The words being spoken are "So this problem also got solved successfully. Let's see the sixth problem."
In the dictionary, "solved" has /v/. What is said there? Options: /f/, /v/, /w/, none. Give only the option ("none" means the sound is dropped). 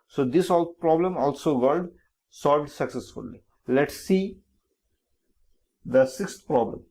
/v/